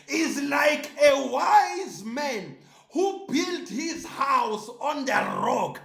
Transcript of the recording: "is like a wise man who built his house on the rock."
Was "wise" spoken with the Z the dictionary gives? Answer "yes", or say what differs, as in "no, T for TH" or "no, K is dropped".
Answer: yes